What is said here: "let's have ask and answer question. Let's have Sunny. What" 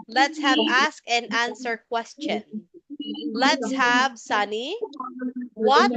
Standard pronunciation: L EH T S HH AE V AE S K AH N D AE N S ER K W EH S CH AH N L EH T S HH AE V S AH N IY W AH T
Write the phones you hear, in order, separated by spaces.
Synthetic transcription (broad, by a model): L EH T S HH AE V AE S K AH N AE N S ER K W EH S CH AH N L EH T S HH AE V S AH N IY W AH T